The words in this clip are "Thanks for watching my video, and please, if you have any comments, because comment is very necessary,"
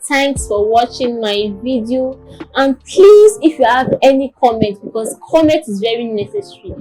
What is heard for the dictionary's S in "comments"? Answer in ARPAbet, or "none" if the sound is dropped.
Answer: none